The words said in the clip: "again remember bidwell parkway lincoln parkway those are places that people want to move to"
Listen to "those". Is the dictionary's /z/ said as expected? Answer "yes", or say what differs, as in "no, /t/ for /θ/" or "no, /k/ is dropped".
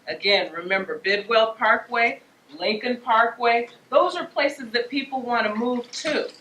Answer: yes